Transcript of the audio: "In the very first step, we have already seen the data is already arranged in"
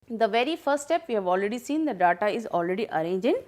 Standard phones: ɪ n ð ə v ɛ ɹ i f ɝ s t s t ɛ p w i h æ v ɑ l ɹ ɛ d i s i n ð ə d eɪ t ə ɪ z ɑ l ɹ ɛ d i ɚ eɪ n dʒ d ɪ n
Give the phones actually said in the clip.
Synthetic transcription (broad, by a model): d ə v ɛ ɹ i f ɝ s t s t ɛ p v i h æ v ɑ l ɹ ɛ d i s i n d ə d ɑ t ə ɪ z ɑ l ɹ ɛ d i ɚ eɪ n dʒ ɪ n